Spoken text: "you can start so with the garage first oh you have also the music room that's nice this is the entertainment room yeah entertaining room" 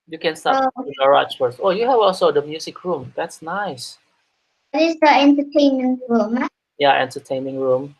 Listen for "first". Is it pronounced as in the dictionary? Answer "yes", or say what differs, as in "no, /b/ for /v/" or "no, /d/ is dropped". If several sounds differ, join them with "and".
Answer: no, /t/ is dropped